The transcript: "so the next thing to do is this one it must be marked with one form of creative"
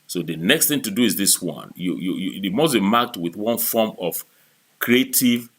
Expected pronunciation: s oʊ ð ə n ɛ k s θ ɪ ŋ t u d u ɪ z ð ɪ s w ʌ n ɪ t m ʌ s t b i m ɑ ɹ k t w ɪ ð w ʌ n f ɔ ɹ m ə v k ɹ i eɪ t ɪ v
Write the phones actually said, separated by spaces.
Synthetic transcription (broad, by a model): s oʊ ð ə n ɛ k s θ ɪ ŋ t u d u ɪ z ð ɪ s w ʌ n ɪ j m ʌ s b i m ɑ k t w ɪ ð w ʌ n f ɔ m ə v k ɹ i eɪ t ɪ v